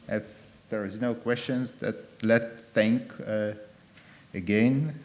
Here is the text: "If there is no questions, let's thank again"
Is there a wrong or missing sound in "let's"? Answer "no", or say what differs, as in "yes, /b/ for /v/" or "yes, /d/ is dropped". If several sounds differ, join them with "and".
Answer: yes, /s/ is dropped